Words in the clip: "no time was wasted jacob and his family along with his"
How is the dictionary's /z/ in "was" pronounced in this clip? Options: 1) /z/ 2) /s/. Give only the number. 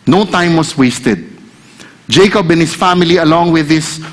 2